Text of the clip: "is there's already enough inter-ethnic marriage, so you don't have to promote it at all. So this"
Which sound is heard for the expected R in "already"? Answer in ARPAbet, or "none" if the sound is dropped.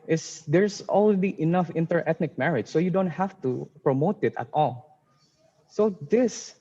L